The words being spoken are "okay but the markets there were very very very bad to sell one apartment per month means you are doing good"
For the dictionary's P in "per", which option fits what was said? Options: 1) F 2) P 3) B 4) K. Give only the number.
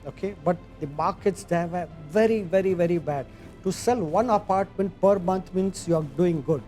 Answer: 2